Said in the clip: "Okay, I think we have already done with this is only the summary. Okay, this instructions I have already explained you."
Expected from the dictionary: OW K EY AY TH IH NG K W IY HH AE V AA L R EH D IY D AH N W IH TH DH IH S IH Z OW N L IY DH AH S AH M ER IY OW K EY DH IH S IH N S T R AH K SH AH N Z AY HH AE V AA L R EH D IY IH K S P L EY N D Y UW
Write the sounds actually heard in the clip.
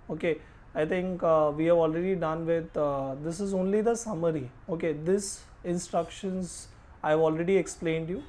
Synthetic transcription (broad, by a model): OW K EY AY T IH NG K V IY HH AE V AA L R EH D IY D AH N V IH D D IH S IH Z OW N L IY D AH S AH M ER IY OW K EY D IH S IH N S T R AH K SH AH N Z AY V AA L R EH D IY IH K S P L EY N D Y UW